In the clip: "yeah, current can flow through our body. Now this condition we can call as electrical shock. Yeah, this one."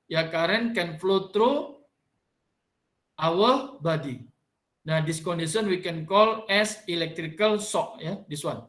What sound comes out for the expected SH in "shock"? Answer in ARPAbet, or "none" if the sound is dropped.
S